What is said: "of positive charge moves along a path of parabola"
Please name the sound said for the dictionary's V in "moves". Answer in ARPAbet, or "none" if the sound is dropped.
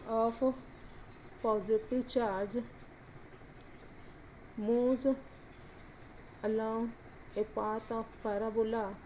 none